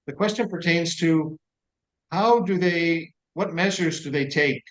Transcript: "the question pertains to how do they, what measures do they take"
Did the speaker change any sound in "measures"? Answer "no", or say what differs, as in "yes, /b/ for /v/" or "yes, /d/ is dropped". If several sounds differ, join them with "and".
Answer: no